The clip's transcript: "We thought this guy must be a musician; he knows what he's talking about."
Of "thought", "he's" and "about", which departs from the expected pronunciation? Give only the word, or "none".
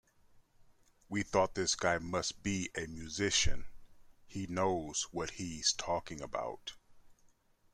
none